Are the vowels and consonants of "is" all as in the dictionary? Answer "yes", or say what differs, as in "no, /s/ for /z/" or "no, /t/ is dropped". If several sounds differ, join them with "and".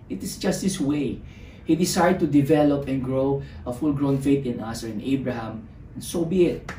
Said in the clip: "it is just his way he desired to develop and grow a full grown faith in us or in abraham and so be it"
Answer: no, /s/ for /z/